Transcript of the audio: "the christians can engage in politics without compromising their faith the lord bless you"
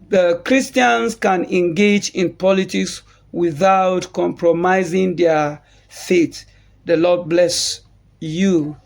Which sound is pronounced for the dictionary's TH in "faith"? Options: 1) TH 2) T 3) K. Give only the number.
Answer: 2